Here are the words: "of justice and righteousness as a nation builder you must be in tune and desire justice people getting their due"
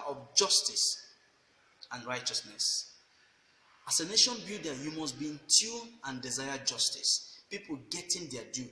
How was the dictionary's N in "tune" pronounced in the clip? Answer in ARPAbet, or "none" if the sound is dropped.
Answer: none